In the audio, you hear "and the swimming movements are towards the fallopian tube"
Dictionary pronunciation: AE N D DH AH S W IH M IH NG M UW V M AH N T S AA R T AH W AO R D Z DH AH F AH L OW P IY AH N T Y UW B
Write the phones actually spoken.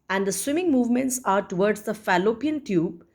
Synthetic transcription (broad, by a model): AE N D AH S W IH M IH NG M UW V M AH N T S AA R T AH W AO R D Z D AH F AH L OW P IY AH N T Y UW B